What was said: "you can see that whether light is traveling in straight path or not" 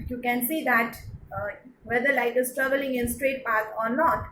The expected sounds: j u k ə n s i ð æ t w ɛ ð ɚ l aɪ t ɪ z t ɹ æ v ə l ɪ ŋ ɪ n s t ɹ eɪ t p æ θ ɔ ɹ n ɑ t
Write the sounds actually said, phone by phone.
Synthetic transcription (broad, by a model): j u k ə n s i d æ t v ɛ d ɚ l aɪ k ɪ s t ɹ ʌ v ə l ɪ ŋ ɪ n s t ɹ eɪ t p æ s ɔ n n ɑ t